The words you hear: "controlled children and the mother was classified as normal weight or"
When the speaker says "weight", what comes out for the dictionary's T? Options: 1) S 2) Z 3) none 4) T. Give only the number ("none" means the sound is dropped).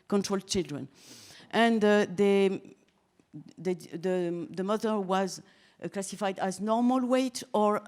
4